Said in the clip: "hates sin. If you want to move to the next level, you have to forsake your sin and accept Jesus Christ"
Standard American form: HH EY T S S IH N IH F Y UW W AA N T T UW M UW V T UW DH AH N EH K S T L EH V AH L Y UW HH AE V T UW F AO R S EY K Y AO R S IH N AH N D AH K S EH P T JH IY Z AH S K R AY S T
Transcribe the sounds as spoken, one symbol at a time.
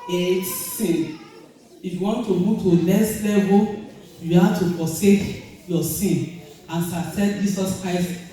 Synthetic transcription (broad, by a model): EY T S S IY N IH F Y UW W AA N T T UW M UW V T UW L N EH S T L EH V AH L Y UW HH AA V T UW F AO S EY K Y AO S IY N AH N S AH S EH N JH IY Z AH S K R AY S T